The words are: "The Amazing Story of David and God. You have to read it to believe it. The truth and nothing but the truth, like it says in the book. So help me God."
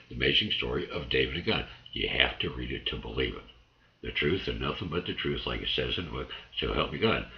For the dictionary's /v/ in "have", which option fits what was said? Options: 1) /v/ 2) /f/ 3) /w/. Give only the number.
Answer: 2